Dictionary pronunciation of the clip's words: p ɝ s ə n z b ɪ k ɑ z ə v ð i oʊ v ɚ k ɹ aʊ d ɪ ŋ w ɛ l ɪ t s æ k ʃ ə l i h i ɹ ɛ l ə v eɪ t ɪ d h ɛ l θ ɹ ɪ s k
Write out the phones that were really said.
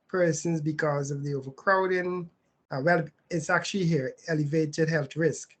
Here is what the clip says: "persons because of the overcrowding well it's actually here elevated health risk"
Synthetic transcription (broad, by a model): p ɝ s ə n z b ɪ k ɑ z ə v ð i oʊ v ɚ k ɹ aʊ d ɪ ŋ w ɛ l ɪ t s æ k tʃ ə l i h i ɹ ɛ l ə v eɪ t ɪ d h ɛ l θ ɹ ɪ s k